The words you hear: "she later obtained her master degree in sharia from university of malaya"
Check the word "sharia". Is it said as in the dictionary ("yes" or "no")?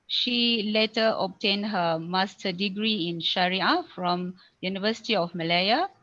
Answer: yes